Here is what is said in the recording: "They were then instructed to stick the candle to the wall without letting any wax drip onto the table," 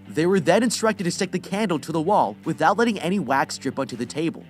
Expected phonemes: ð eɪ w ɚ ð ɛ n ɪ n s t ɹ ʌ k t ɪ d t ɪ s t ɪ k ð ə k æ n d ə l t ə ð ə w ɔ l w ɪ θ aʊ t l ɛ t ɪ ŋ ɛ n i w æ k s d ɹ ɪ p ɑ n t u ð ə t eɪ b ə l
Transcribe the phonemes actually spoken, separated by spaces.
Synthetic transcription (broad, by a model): ð eɪ w ɚ ð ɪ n ɪ n s t ɹ ʌ k t ɪ d t ɪ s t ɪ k ð ə k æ n d l t ə ð ə w ɔ l w ɪ θ aʊ t l ɛ t ɪ ŋ ɛ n i w æ k s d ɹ ɪ p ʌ n t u ð ə t eɪ b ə l